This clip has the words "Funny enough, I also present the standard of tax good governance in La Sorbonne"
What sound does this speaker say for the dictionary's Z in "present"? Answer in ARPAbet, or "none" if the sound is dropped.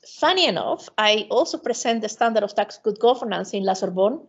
S